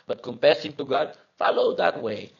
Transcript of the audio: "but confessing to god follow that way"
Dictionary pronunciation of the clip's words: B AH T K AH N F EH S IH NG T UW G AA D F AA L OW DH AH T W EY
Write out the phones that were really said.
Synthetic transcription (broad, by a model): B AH T K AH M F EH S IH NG T UW G AA D F AA L OW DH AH T W EY